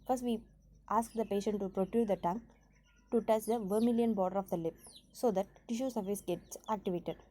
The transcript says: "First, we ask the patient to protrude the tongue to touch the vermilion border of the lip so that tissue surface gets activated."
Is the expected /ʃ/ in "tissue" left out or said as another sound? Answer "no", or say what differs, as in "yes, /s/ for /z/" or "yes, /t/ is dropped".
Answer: no